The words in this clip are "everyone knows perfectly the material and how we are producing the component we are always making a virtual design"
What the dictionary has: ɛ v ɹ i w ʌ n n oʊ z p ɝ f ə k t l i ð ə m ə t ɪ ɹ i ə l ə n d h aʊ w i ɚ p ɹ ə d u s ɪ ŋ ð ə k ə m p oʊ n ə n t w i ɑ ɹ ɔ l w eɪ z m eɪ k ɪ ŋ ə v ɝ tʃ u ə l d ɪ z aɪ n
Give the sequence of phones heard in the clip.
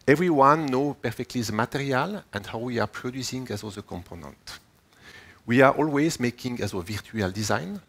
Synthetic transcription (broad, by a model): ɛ v ɹ i w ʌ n n oʊ p ɝ f ə k t l i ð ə m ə t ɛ ɹ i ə l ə n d h aʊ w i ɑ p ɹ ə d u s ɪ ŋ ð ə k ə m p oʊ n ə n t w i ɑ ɹ ɔ l w eɪ z m eɪ k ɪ ŋ ə v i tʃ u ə l d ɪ z aɪ n